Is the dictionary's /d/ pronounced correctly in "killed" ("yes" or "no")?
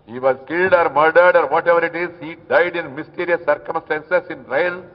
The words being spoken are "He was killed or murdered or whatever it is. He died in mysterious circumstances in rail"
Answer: yes